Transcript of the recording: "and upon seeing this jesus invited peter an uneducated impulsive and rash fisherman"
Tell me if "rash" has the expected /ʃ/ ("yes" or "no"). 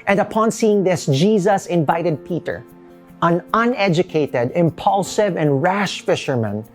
yes